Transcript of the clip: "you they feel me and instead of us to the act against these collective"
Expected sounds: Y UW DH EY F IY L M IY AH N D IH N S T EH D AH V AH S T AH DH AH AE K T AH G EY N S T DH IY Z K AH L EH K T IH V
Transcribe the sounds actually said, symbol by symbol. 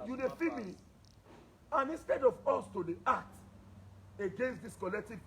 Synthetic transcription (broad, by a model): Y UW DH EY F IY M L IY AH N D IH N S T EH D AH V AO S T AH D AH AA T AH G EY N S T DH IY S K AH L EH K T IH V